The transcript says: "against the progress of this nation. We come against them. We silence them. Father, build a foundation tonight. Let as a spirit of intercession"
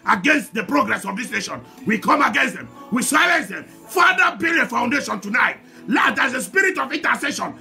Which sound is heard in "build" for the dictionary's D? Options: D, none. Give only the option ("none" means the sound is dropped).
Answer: none